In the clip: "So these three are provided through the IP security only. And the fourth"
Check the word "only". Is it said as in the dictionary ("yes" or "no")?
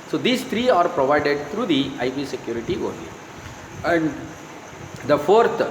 no